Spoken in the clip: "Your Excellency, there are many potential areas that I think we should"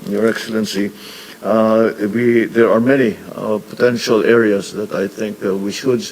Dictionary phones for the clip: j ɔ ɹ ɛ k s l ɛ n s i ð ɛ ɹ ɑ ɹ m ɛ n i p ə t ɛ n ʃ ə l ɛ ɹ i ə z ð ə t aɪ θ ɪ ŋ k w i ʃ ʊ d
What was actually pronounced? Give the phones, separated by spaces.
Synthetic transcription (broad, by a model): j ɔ ɹ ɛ k s l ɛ n s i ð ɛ ɹ ɑ ɹ m ɛ n i p ə t ɛ n ʃ ə l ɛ ɹ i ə s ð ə t aɪ θ ɪ ŋ k w i ʃ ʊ d